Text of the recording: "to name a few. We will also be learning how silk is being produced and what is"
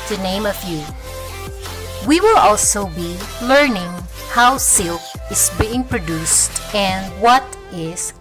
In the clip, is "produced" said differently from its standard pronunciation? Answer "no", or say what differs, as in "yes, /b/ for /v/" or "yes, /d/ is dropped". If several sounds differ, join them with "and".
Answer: no